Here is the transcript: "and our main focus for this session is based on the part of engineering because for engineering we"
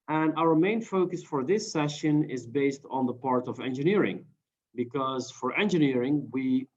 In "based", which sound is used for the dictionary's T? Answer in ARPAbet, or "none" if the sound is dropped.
T